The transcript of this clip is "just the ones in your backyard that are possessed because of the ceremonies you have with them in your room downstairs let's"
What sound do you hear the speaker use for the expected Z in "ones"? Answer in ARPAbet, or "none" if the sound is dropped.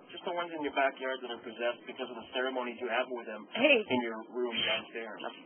Z